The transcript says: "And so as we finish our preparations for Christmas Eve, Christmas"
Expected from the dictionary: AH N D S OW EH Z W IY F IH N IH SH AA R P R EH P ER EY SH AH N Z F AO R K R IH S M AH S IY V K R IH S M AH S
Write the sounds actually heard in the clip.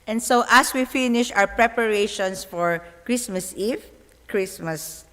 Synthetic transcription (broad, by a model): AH N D S OW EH S W IY F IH N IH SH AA W P R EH P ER EY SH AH N S F AO R K R IH S M AH S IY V K R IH S M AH S